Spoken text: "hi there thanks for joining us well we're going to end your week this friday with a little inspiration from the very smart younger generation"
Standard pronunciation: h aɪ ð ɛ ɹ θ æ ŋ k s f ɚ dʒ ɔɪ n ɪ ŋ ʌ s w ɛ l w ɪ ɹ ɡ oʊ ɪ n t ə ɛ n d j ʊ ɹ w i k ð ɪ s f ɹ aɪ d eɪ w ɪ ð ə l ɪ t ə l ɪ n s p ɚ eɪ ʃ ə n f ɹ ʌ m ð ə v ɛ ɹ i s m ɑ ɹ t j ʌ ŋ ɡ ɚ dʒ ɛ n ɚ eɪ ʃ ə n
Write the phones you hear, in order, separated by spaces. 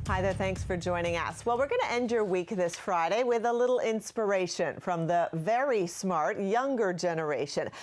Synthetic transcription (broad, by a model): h aɪ ð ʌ ɹ θ æ ŋ k s f ɚ dʒ ɔɪ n ɪ ŋ ʌ s w ɛ l w ɪ ɹ ɡ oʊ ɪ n t ɛ n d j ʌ ɹ w i k ð ɪ s f ɹ aɪ d eɪ w ɪ ð ə l ɪ t l ɪ n s p ɚ eɪ ʃ ə n f ɹ ʌ m ð ə v ɛ ɹ i s m ɑ ɹ t j ʌ ŋ ɡ ɚ dʒ ɛ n ɚ eɪ ʃ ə n